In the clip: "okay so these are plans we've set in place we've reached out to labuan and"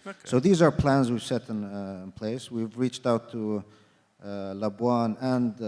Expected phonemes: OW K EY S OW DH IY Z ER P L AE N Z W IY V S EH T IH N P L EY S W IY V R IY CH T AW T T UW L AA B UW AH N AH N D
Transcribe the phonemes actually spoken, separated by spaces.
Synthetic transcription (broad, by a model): S OW DH IY Z ER P L AE N Z W IY V S EH T IH N P L EY S W IY V R IY CH T AW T T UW L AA B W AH N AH N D